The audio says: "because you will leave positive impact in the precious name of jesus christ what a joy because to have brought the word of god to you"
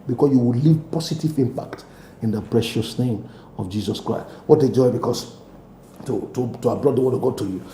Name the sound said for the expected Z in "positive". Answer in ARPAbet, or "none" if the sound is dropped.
S